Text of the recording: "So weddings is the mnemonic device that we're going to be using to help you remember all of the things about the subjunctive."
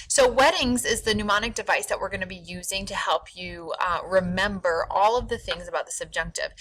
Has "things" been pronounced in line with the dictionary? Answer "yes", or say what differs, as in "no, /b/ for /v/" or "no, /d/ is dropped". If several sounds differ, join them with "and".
yes